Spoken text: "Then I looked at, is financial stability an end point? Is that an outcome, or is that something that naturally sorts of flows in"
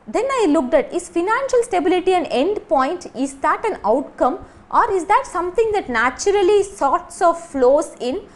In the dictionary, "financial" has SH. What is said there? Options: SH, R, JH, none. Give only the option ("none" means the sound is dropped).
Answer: SH